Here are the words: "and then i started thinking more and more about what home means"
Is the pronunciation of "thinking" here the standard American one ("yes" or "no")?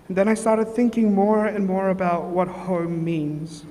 yes